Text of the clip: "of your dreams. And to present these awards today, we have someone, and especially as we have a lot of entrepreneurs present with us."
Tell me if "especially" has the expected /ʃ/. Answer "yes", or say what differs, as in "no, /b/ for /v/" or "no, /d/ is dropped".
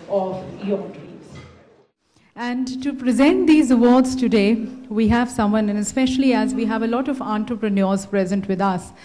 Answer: yes